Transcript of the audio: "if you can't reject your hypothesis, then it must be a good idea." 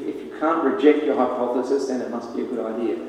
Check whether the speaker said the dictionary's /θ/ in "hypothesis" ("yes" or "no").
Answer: yes